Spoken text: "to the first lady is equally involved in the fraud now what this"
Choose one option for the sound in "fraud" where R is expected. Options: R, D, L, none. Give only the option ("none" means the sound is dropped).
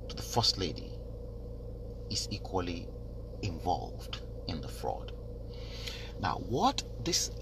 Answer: R